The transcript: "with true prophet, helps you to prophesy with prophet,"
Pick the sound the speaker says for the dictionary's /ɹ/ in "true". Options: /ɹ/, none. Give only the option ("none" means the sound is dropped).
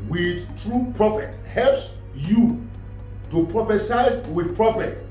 /ɹ/